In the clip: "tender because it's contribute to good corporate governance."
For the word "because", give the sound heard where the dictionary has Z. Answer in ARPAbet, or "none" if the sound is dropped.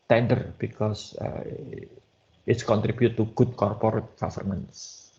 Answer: S